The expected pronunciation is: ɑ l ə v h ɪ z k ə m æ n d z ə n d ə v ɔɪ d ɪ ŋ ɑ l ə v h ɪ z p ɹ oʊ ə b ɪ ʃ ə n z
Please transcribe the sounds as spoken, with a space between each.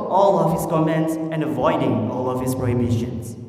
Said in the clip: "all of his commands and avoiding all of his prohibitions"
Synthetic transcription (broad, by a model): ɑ l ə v h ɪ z k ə m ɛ n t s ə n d ə v ɔɪ d ɪ ŋ ɑ l ə v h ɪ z p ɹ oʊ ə b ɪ ʃ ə n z